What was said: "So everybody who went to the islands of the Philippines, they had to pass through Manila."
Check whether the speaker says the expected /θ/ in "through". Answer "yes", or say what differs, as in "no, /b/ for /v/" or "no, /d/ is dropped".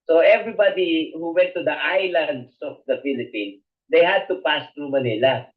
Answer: no, /t/ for /θ/